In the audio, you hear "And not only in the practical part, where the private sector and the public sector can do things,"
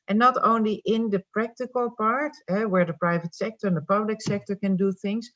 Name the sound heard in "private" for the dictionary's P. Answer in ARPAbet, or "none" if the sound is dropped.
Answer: P